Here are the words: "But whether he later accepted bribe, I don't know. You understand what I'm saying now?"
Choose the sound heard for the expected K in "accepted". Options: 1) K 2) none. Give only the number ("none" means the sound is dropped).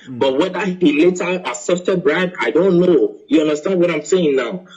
2